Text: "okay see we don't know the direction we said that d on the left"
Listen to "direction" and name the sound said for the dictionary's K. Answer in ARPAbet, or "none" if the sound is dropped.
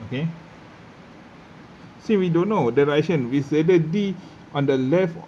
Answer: none